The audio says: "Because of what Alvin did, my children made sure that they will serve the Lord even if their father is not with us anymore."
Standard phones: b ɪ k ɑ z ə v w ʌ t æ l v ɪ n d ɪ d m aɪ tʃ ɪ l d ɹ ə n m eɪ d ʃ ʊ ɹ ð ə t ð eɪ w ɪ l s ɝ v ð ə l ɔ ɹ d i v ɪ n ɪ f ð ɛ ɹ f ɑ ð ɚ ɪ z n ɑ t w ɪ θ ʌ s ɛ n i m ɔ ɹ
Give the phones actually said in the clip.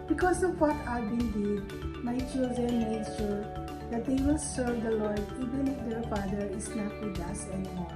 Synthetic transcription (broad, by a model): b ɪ k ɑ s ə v w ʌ t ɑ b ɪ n d ɪ d m aɪ tʃ ɪ l d ɹ ə n m eɪ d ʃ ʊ ɹ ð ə t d eɪ w ɪ l s ɝ v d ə l ɔ ɹ d i v ɪ n ɪ f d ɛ ɹ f ɑ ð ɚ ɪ s n ɑ t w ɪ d ʌ s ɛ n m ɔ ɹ